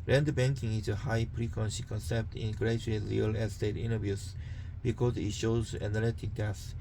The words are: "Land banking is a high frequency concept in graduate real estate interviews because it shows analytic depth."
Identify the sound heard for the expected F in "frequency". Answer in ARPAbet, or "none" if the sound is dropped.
P